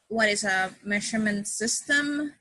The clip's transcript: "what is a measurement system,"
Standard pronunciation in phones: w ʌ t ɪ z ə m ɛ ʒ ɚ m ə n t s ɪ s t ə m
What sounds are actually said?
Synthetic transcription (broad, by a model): w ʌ t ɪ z ə m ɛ ʃ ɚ m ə n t s ɪ s t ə m